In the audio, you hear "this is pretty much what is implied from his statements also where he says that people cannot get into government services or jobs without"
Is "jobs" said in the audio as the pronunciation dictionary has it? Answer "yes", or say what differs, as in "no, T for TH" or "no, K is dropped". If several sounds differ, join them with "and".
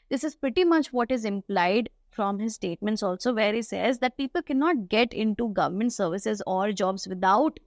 yes